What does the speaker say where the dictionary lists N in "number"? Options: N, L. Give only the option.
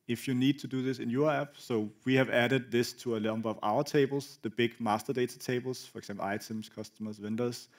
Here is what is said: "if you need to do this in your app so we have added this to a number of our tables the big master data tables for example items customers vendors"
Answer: L